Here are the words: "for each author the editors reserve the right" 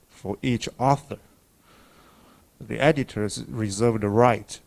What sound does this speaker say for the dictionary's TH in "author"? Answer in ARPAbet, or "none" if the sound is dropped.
TH